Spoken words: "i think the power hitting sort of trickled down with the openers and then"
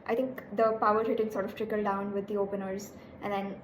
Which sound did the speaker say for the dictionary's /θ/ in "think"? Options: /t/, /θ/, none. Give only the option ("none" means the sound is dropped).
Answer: /t/